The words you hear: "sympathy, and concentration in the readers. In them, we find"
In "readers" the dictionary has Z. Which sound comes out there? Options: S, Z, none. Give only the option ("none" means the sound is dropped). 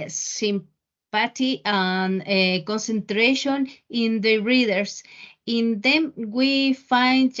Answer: S